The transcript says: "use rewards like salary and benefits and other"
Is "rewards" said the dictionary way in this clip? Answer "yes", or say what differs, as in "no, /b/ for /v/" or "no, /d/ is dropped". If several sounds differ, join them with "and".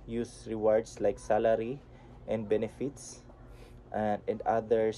no, /s/ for /z/